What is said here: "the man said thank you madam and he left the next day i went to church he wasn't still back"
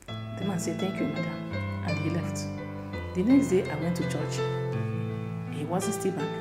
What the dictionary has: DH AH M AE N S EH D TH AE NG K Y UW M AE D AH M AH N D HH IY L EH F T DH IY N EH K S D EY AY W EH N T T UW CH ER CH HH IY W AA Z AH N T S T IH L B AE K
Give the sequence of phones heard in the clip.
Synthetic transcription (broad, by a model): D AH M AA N S EH D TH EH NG K Y UW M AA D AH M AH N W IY L EH F T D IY N EH K S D EY AY W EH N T T UW CH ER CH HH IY W AA Z AH N T S T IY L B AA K